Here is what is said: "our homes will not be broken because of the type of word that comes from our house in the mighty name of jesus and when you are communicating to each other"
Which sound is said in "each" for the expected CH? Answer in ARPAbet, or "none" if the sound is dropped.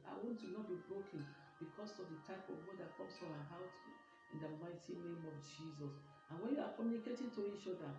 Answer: SH